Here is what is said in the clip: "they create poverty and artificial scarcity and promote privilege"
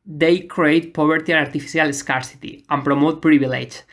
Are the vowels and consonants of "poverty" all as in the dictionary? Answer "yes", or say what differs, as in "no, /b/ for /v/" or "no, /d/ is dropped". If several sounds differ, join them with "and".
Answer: no, /b/ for /v/